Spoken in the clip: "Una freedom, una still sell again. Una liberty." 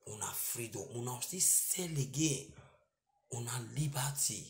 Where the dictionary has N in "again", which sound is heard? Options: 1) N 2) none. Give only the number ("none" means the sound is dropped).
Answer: 2